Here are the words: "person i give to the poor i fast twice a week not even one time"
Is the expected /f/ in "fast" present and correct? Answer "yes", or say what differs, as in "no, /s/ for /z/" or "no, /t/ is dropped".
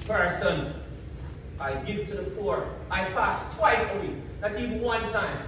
no, /p/ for /f/